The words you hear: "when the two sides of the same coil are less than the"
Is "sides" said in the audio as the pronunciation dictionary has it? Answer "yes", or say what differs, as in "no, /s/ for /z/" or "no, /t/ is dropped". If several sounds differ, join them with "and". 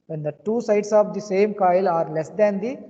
no, /s/ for /z/